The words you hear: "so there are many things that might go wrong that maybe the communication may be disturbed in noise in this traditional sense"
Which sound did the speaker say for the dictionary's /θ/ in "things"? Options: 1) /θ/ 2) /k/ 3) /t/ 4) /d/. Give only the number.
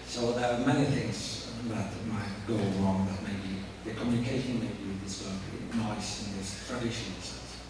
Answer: 1